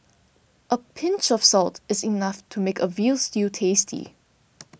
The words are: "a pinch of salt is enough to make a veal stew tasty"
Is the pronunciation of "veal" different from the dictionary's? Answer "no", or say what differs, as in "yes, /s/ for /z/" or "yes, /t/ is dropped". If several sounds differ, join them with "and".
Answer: no